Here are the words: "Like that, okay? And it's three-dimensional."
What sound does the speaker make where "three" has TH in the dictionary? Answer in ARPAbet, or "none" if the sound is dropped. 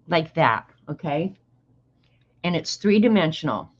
TH